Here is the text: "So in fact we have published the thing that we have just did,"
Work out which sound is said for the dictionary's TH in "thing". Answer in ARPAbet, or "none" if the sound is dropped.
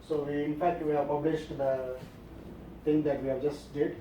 T